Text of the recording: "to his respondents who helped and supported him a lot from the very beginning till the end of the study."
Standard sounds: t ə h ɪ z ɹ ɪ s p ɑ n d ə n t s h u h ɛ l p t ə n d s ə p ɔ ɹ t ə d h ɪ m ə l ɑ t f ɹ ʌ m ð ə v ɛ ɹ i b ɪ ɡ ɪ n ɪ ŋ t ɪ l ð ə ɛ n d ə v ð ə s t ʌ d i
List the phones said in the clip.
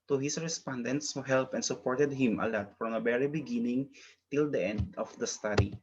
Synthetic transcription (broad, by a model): t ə h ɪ s ɹ ɪ s p ɑ n d ə n t s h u h ɛ l p ə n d s ə p ɔ ɹ t ə d h ɪ m ə l ɑ t f ɹ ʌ m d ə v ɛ ɹ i b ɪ ɡ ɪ n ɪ ŋ t ɪ l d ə ɛ n d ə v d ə s t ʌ d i